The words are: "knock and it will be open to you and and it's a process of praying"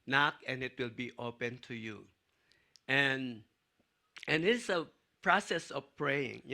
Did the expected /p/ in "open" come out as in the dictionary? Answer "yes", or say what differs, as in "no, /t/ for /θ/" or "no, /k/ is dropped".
yes